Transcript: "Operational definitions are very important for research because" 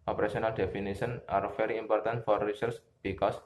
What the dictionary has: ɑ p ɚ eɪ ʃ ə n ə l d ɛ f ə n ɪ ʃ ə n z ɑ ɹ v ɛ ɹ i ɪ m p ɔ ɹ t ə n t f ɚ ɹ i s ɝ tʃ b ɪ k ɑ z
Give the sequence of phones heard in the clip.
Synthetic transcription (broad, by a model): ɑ p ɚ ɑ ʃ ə n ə l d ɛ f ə n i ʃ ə n ɑ ɹ f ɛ ɹ i ɪ m p ɔ ɹ t ə n t f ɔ ɹ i s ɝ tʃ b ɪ k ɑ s